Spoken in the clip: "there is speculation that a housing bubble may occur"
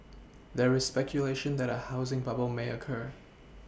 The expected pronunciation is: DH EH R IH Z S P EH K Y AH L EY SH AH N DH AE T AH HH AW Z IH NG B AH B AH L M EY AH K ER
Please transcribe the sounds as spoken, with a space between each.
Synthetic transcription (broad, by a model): DH EH R IH Z S P EH K Y AH L EY SH AH N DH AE T AH HH AW Z IH NG B AH B AH L M EY AH K ER